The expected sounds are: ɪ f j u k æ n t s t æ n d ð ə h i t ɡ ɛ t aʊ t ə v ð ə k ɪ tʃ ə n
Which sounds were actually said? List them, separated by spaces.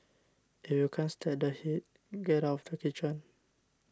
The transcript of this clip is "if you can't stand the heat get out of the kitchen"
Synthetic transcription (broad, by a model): ɪ f j u k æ n s t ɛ d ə h i t ɡ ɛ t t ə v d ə k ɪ tʃ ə n